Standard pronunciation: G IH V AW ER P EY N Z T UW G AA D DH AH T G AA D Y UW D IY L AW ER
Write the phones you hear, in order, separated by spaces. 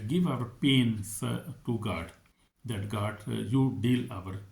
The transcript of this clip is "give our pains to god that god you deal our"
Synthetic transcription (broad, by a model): G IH V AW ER P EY N S T UW G AA D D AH T G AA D Y UW D IY L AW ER